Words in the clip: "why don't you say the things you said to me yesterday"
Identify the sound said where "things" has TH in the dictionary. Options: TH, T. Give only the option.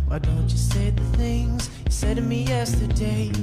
TH